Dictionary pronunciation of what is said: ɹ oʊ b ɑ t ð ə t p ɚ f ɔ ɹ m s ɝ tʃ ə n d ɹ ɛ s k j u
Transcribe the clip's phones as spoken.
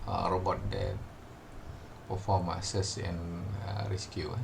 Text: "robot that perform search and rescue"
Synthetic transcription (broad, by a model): ɹ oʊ b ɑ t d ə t p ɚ f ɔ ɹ m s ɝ s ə n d ɹ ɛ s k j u